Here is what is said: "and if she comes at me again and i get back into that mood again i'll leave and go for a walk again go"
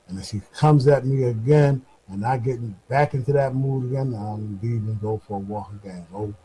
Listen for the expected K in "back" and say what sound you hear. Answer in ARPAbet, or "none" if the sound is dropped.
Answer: K